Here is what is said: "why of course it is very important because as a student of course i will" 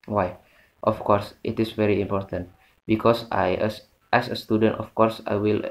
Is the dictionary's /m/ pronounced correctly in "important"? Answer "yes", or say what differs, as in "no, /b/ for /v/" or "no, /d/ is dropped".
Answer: yes